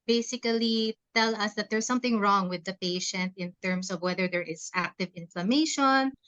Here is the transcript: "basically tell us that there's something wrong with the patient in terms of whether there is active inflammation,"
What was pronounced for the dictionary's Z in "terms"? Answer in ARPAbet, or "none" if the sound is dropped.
S